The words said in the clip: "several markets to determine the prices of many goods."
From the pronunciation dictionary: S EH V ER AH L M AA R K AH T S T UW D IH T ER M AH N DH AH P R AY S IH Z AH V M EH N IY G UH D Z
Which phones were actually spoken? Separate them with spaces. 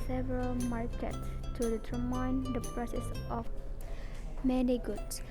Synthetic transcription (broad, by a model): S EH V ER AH L M AA R K AH T S T UW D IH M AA AH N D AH P R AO S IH S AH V M EH N IY G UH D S